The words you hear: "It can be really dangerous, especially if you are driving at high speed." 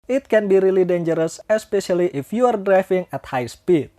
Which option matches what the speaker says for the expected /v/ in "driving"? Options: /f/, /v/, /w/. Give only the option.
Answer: /f/